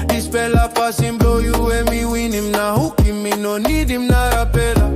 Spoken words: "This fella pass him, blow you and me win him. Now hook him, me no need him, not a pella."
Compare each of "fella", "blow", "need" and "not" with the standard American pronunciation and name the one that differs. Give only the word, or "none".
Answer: fella